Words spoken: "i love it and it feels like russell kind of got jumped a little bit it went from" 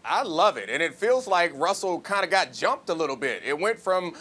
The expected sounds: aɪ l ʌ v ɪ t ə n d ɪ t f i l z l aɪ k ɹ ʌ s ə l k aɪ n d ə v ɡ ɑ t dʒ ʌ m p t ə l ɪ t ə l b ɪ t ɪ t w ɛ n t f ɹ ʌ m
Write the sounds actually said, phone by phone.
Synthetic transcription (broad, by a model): aɪ l ʌ v ɪ t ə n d ɪ t f i l z l aɪ k ɹ ʌ s l k aɪ n d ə ɡ ɑ t dʒ ʌ m p t ə l ɪ t l b ɪ t ɪ t w ɛ n t f ɹ ʌ m